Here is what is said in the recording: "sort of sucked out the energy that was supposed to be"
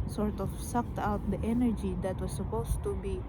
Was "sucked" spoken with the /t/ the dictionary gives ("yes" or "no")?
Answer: yes